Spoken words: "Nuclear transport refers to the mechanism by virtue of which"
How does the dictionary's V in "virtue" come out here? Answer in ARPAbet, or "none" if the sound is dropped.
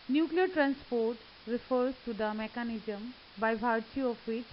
B